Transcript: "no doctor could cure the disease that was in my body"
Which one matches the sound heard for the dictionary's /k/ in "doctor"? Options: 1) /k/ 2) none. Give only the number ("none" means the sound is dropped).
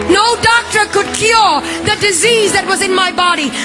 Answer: 1